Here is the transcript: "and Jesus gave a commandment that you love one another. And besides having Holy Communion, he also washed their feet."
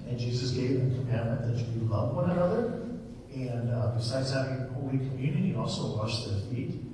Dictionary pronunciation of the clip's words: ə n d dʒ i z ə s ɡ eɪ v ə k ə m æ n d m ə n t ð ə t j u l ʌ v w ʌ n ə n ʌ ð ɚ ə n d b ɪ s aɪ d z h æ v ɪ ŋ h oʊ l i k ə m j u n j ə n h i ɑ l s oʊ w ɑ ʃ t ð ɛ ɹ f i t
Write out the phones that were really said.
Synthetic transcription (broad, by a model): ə n dʒ i z ə s ɡ eɪ v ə k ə m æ n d m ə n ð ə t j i l ʌ v w ʌ n ə n ʌ ð ɚ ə n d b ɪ s aɪ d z h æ v ɪ ŋ h oʊ l i k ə m j u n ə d i ɑ l s oʊ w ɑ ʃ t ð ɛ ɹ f i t